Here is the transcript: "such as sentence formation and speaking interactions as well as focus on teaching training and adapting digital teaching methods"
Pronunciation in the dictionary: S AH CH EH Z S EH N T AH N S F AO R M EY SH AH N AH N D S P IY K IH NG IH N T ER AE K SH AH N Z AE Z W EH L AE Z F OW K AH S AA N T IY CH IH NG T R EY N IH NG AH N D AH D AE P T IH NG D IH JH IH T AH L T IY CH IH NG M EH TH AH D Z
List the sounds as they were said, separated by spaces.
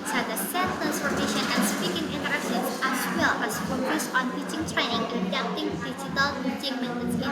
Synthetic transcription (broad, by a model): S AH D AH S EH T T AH N S P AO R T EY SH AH N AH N S P IY K IH NG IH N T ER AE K S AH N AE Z W EH L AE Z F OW AH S AA N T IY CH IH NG T R EY N IH NG AH N D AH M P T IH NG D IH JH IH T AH L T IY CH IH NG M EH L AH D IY